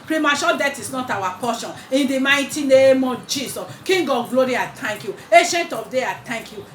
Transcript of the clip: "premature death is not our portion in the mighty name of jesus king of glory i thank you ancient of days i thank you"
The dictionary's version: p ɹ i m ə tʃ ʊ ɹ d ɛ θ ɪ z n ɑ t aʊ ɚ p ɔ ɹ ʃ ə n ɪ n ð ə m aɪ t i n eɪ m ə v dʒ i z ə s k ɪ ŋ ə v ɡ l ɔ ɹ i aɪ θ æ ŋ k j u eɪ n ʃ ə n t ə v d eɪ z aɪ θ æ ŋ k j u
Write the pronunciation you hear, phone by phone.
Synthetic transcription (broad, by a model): p ɹ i m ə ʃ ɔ d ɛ t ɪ s n ɑ t aʊ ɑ p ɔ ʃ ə n ɪ n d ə m aɪ t i n eɪ m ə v dʒ i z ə s k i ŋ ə ɡ l ɔ ɹ i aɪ t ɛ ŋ k j u eɪ ʃ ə n t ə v d eɪ aɪ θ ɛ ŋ k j u